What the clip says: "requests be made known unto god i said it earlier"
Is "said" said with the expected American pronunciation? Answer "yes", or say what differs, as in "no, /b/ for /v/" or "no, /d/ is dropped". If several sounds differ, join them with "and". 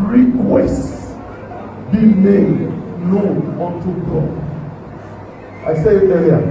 no, /d/ is dropped